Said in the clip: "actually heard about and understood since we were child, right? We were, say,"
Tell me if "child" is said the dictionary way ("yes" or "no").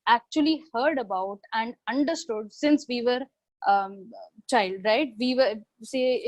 yes